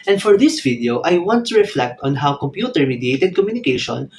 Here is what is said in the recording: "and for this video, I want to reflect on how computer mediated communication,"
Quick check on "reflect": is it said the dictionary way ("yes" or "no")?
yes